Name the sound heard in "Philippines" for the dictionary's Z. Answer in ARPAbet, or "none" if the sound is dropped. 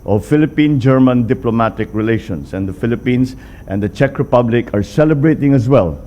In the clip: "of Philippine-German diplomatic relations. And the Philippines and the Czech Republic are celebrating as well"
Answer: S